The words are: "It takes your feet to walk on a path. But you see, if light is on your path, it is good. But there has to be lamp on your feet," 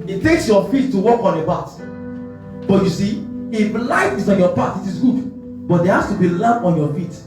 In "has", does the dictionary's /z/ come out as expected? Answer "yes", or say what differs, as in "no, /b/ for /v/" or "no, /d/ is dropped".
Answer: no, /s/ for /z/